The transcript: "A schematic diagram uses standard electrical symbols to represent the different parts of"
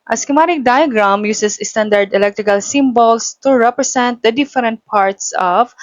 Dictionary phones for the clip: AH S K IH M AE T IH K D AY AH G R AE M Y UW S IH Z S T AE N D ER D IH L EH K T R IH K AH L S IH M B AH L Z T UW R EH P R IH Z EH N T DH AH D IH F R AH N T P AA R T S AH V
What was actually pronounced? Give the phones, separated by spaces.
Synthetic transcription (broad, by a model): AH S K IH M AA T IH K D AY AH G R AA M Y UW S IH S S T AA N D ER D IH L EH K T R IH K AH L S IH M B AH L S T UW R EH P R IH S EH N T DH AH D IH F R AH N T P AA R T S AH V